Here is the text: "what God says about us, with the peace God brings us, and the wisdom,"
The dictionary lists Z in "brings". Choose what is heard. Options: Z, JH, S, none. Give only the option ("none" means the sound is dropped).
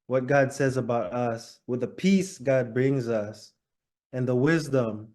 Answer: Z